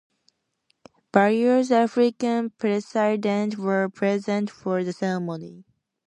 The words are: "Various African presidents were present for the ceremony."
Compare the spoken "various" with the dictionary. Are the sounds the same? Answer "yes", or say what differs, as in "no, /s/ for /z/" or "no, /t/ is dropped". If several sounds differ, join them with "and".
no, /b/ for /v/